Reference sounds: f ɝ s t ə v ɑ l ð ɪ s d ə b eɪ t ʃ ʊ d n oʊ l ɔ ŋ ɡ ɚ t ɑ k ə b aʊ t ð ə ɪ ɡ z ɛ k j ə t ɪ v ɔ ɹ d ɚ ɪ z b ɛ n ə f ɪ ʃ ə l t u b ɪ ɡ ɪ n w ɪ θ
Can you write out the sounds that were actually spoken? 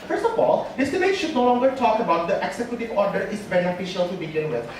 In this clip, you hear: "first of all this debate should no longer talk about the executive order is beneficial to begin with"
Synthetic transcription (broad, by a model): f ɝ s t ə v ɑ l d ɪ s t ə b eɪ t ʃ ʊ d n oʊ l ɔ ŋ ɡ ɚ t ɑ k ə b aʊ t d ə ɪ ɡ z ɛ k j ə t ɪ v ɔ ɹ d ɚ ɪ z b ɛ n ə f ɪ ʃ ə l t u b ɪ ɡ ɪ n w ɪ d